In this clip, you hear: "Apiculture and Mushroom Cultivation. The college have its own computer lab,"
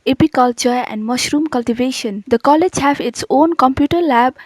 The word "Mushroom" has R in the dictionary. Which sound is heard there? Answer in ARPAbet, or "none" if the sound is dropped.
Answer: R